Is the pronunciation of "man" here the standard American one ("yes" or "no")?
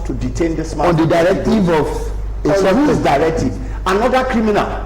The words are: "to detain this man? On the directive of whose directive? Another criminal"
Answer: no